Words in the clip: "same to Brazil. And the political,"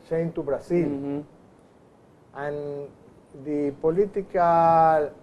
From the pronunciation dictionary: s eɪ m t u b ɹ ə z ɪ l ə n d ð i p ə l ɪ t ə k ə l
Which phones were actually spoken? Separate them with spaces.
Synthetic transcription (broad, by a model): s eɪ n t u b ɹ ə s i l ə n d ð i p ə l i t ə k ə l